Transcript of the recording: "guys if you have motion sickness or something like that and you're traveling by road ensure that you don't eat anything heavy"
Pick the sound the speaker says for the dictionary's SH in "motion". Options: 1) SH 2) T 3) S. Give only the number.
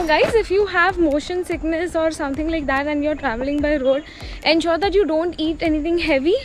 1